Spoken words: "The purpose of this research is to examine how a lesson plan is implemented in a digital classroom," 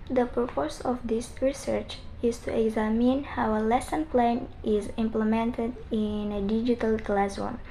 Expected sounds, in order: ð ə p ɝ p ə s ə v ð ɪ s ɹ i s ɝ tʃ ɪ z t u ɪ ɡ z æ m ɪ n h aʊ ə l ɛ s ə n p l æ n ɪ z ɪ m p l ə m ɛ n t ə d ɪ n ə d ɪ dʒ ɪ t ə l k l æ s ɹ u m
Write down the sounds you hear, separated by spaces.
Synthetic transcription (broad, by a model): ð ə p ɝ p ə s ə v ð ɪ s ɹ i s ɝ tʃ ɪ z t u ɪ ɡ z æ m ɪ n h aʊ ə l ɛ s ə n p l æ n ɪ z ɪ m p l ə m ɛ n t ə d ɪ n ə d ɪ dʒ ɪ t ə l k l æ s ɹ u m